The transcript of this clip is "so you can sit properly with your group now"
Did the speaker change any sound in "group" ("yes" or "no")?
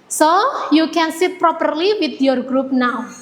no